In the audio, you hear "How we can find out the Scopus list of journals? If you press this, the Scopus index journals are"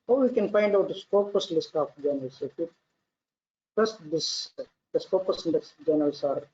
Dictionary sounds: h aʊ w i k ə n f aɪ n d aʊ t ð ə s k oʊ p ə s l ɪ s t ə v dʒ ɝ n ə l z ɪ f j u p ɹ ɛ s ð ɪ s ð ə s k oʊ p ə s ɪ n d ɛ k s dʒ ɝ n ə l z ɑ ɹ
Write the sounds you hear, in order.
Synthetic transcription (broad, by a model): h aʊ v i k ə n f aɪ n d aʊ t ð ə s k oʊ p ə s l ɪ s t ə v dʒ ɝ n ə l s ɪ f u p ʌ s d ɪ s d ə s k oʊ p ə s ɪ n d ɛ s dʒ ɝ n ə l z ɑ ɹ